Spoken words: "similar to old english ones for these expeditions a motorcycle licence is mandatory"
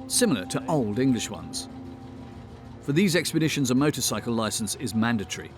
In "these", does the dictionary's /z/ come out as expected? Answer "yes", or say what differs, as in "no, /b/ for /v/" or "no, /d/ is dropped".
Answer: yes